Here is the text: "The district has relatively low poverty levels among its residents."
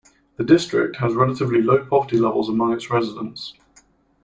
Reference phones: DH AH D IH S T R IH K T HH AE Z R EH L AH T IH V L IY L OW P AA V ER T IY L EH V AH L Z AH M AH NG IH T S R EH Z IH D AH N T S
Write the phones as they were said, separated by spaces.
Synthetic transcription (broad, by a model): DH AH D IH S T R IH K T HH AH Z R EH L AH T IH V L IY L OW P AA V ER T IY L EH V AH L Z AH M AH NG IH T S R EH Z IH D AH N T S